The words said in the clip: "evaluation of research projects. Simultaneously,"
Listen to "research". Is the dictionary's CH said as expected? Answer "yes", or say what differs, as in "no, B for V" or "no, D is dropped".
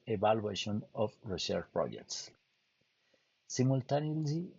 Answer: no, SH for CH